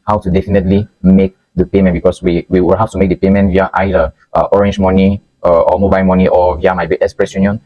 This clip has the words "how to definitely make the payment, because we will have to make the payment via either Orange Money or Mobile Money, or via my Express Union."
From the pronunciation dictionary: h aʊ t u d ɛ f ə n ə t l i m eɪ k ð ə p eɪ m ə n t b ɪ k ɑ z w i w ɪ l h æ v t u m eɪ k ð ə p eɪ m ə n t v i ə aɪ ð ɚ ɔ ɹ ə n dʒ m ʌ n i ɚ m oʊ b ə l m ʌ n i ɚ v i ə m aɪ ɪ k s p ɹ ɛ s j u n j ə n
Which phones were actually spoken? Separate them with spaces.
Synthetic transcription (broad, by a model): h aʊ t u d ɛ f ə n ə t l i m eɪ k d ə p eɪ m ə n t b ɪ k ɑ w w i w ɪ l h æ f t u m eɪ k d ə p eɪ m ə n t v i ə aɪ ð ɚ ɔ ɹ ə n dʒ m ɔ n i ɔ m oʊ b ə l m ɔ n i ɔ v i ə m aɪ ɪ k s p ɹ ɛ s j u n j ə n